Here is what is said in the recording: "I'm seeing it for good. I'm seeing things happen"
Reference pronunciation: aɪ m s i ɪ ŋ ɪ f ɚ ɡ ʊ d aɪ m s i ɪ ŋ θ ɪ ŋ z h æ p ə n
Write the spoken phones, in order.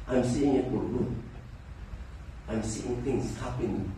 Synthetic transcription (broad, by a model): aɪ m s i ɪ ŋ ɪ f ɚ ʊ aɪ m s i ɪ ŋ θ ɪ ŋ s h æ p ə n